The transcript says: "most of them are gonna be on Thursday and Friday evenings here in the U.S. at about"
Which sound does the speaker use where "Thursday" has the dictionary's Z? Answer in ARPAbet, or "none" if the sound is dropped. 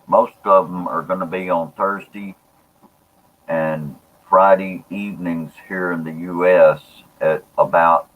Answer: Z